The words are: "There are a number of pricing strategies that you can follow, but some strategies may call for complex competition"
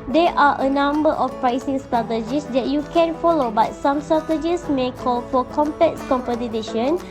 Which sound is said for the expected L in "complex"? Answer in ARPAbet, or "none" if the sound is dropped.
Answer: none